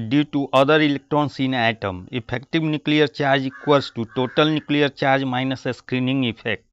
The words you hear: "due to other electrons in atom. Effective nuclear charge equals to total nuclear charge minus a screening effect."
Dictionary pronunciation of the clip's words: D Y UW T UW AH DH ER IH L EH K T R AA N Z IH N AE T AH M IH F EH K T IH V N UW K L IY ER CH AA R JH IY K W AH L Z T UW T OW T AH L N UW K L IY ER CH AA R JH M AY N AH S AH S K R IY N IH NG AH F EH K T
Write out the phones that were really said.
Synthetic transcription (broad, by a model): D Y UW T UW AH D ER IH L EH K T R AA N S IH N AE T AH M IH P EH K T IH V N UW K L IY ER CH AA R JH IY K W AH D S T UW T OW T AH L N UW K L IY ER CH AA R JH M AY N AH S AH S K R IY N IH NG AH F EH K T